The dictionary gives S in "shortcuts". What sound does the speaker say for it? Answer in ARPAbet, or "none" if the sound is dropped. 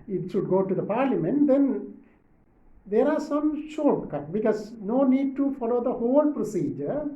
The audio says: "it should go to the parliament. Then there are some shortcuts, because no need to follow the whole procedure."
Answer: none